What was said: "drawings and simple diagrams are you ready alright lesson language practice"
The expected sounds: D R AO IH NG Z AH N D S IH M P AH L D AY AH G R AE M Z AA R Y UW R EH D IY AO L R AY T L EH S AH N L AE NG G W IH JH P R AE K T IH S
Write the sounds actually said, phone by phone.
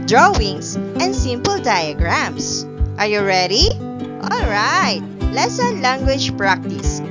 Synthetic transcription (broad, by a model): D R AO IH NG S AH N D S IH M P AH L D AY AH G R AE M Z AA R Y UW R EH D IY AO L R AY T L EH S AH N L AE NG G W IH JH P R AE K T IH S